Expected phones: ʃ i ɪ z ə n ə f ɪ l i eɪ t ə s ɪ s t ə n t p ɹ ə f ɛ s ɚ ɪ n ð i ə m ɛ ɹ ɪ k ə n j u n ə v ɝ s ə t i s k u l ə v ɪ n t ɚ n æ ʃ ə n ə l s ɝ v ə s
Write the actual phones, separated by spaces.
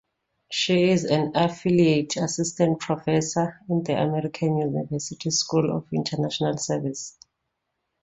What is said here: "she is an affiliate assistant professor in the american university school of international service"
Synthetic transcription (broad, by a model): ʃ i ɪ z ə n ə f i l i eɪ t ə s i s t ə n t p ɹ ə f ɛ s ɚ ɪ n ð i ə m ɛ ɹ ɪ k ə n j u n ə v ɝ s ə t i s k u l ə f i n t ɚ n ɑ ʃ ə n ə l s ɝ v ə s